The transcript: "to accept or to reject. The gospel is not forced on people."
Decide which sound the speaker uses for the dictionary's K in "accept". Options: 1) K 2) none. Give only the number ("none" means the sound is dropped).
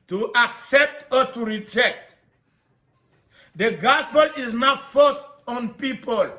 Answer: 1